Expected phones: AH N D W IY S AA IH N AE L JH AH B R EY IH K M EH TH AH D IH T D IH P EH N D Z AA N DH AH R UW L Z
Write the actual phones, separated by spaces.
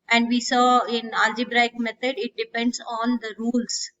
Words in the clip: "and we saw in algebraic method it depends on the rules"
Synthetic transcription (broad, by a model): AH N D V IY S AA IH N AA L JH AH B R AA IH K M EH T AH D IH T D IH P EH N D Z AA N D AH R UW L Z